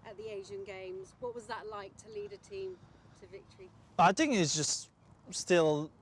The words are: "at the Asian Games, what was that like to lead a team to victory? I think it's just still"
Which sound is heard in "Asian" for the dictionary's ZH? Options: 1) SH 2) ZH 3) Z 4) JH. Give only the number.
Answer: 2